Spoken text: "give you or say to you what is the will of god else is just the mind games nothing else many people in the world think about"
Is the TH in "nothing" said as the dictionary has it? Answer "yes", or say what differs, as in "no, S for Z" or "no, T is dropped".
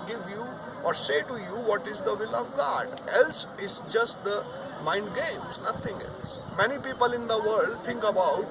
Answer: no, T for TH